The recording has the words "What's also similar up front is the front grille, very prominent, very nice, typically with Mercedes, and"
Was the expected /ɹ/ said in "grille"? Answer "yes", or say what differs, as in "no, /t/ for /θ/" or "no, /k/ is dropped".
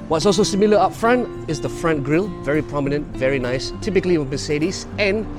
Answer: yes